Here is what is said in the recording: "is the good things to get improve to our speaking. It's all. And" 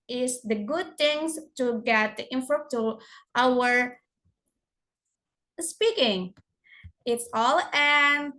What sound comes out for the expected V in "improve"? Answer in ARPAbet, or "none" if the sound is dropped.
P